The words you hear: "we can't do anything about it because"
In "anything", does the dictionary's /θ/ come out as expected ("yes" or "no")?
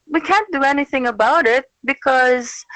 yes